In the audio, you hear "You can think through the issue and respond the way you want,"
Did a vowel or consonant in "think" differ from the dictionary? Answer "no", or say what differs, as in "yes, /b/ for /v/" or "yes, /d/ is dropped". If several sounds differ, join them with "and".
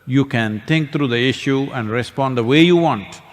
yes, /t/ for /θ/